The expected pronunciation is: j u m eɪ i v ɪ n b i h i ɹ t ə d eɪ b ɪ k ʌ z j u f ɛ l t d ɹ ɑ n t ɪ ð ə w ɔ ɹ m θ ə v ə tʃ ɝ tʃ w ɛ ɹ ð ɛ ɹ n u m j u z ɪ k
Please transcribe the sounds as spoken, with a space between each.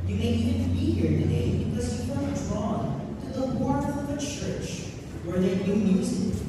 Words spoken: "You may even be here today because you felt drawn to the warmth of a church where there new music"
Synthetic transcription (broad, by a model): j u m eɪ i v ɪ n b i h i ɹ t ə d eɪ b ɪ k ʌ z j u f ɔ t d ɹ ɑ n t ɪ ð ə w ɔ ɹ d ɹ ə v ə tʃ ɝ tʃ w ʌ ɹ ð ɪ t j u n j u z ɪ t